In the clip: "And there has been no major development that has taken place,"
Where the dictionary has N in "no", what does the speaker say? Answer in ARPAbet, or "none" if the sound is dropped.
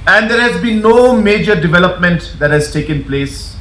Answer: N